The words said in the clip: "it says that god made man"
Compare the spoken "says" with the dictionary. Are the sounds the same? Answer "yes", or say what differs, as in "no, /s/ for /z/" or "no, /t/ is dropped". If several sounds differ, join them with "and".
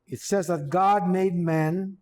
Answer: yes